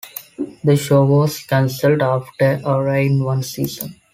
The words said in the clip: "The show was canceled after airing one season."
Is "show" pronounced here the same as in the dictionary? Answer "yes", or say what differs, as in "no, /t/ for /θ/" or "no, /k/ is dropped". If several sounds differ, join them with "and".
yes